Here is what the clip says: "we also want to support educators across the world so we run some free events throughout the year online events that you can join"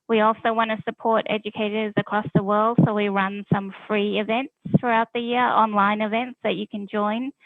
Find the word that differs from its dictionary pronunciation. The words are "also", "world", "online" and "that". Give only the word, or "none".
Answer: none